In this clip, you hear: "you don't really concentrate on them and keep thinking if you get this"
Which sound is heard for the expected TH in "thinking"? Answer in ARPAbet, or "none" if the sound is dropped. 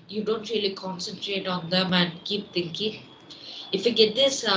T